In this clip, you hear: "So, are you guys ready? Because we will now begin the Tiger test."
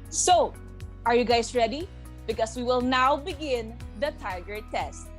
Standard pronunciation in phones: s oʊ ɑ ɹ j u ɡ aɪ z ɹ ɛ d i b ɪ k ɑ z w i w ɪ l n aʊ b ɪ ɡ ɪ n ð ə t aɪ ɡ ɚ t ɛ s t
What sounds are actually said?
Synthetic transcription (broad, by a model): s oʊ ɑ ɹ j u ɡ aɪ s ɹ ɛ d i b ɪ k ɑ s w i w ɪ l n aʊ b ɪ ɡ ɪ n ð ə t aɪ ɡ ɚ t ɛ s t